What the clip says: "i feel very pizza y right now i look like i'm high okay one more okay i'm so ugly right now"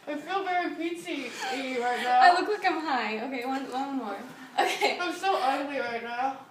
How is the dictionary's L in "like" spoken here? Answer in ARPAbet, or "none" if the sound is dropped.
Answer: W